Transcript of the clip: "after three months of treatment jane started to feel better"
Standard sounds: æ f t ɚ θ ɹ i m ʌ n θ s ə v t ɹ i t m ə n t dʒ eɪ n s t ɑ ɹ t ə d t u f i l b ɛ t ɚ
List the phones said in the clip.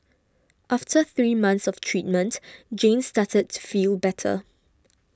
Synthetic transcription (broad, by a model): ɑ f t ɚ θ ɹ i m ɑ n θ s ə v t ɹ i t m ə n t dʒ eɪ n s t ɑ t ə d t u f i l b ɛ t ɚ